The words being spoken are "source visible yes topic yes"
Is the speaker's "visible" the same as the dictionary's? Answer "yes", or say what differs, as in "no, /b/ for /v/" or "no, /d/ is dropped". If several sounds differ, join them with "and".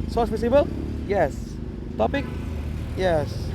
no, /p/ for /v/ and /s/ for /z/